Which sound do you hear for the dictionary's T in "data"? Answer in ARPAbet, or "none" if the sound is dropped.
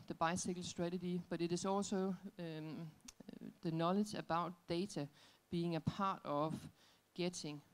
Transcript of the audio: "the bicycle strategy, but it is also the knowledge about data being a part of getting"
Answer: S